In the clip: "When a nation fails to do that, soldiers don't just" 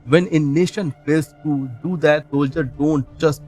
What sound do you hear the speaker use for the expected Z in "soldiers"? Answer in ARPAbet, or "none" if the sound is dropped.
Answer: none